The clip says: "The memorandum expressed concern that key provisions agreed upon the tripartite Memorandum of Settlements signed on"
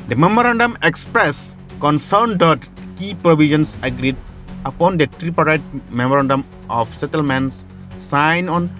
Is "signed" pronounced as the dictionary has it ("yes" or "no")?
no